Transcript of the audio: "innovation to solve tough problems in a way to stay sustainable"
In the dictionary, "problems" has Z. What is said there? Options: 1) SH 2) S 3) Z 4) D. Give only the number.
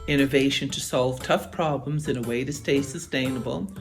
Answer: 3